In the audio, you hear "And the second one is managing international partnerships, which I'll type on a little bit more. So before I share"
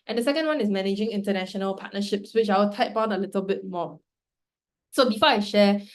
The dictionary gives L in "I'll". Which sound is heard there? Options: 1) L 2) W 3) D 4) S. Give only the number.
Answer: 2